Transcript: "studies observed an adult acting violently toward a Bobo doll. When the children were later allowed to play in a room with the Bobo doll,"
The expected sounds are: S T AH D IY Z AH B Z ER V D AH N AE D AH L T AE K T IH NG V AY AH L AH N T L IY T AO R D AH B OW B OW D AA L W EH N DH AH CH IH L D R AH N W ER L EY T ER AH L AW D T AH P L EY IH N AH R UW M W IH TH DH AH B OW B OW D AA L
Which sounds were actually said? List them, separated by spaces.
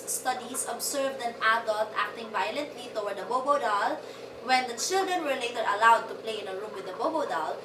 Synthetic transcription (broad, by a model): S T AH D IY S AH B S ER V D AH N AE D AH L T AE K T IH NG V AY AH L AH N T L IY T AO W D AH B OW B OW D AA L W EH N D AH CH IH L D R AH N W ER L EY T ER AH L AW D T AH P L EY IH N AH R UW M W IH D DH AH B OW B OW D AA L